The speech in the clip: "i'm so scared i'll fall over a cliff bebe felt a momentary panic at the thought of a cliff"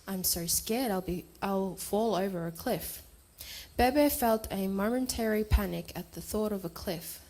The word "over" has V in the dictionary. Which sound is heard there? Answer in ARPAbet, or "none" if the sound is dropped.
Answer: V